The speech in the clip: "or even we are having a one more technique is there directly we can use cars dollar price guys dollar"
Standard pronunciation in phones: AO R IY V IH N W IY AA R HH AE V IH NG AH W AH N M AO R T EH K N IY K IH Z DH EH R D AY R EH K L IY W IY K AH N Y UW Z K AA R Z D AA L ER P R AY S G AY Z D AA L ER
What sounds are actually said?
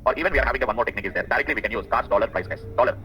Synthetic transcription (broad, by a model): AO R IY V IH N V IY AA R HH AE V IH NG AH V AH N M AO R T EH K N IY K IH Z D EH R D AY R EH K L IY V IY K AH N Y UW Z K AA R S D AA L ER P R AY S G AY S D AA L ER